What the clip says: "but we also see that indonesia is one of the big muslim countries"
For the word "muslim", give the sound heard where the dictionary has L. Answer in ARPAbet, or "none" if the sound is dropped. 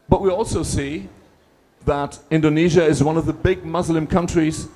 L